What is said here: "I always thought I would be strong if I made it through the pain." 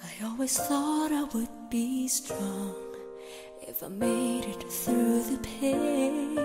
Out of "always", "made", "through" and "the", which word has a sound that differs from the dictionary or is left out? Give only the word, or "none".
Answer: none